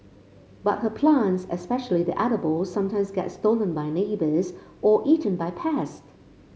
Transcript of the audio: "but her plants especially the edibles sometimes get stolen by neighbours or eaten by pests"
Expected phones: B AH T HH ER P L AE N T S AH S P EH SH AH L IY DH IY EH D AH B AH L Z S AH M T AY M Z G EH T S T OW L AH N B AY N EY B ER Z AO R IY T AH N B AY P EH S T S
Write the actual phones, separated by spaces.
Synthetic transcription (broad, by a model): B AH T HH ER P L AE N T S AH S P EH SH AH L IY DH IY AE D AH B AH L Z S AH M T AY M Z G EH T S T OW L AH N B AY N EY B ER Z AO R IY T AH N B AY P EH S T